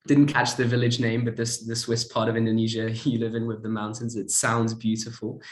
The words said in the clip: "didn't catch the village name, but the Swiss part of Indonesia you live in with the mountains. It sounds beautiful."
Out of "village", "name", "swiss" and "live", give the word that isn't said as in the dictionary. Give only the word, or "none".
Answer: none